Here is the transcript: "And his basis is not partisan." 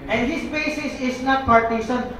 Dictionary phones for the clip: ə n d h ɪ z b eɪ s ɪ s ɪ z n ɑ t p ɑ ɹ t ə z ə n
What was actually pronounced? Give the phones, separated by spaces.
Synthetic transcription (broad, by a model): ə n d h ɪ s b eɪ s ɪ s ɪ s n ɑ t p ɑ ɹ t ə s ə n